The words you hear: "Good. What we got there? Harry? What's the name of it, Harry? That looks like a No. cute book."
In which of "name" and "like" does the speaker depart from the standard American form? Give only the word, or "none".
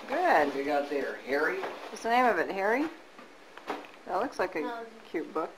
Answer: none